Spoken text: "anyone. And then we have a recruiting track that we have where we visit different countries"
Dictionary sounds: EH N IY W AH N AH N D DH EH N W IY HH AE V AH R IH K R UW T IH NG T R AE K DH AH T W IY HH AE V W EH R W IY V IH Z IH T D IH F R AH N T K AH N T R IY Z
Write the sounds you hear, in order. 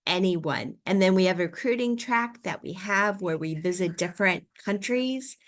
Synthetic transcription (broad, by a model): EH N IY W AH N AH N DH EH N W IY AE V R IH K R UW T IH NG T R AE K DH AH T W IY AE V W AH R W IY V IH Z IH T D IH F R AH N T K AH N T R IY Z